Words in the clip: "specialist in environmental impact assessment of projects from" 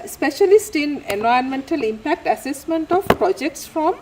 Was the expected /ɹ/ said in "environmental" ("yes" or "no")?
no